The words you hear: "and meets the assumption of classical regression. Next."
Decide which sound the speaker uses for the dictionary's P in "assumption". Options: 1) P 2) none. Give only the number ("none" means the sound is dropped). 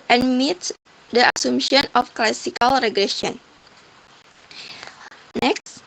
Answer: 2